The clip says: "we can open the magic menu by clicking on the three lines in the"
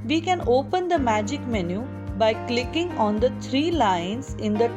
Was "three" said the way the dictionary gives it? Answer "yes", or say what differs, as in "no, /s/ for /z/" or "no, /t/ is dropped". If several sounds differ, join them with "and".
no, /t/ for /θ/